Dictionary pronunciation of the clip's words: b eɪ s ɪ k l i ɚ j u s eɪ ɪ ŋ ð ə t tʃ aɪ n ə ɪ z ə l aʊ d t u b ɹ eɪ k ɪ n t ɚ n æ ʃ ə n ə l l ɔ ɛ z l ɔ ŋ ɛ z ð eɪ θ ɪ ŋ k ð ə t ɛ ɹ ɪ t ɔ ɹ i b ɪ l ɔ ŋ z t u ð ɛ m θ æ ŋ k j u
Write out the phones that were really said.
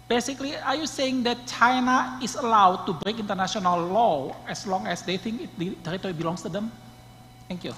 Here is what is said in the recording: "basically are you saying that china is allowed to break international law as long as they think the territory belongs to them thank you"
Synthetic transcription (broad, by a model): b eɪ s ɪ k l i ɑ j u s eɪ ɪ ŋ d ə t tʃ aɪ n ə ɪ s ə l aʊ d t u b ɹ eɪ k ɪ n t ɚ n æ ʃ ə n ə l l ɔ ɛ s l ɔ ŋ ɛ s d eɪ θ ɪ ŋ k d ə t ɛ ɹ ɪ t ɔ ɹ i b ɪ l ɔ ŋ s t u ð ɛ m t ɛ ŋ k j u